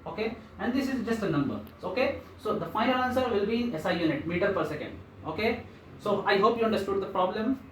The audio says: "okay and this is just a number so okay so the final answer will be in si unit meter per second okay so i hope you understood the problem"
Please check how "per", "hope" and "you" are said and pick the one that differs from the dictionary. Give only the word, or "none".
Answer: none